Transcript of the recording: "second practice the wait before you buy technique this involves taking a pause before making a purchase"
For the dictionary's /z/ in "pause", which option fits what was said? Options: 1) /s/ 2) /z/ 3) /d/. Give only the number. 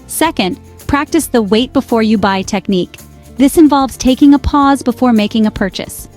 2